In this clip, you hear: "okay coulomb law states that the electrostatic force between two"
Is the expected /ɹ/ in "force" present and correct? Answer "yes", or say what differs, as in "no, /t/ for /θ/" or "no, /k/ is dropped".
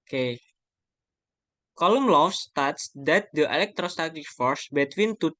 yes